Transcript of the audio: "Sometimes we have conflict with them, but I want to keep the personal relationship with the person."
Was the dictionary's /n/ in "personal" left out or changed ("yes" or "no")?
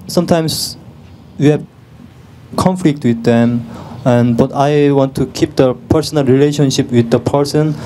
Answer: no